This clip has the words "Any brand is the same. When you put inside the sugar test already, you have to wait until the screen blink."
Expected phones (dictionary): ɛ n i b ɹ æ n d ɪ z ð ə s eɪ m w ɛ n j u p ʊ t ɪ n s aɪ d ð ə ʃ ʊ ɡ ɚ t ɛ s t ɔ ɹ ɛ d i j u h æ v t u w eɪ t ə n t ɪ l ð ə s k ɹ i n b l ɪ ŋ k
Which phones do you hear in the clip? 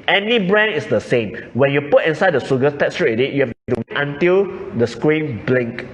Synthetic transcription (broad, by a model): ɛ n i b ɹ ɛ n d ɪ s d ə s eɪ m w ɛ n j u p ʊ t ɪ n s aɪ d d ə s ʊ ɡ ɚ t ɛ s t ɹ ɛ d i j u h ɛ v t u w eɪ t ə n t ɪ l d ə s k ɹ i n b l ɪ ŋ k